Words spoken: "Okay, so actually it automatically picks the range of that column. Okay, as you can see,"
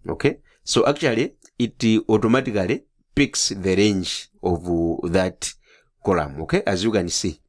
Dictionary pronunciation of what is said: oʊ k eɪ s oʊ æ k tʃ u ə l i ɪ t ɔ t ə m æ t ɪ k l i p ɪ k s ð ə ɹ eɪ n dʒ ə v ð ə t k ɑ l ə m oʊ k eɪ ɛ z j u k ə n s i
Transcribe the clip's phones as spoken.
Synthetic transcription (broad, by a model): oʊ k eɪ s oʊ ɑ k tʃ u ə l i ɪ t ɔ t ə m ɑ t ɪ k l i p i k s ð ə ɹ eɪ n dʒ ə v ð ə t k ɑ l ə m oʊ k eɪ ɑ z j u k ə n s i